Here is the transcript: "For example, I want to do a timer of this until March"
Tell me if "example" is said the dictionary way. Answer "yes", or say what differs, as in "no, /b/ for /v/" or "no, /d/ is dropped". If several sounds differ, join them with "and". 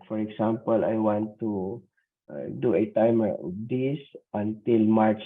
no, /s/ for /z/